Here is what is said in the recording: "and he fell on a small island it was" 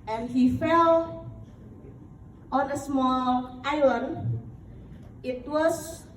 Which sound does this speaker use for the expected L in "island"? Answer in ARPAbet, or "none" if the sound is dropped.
none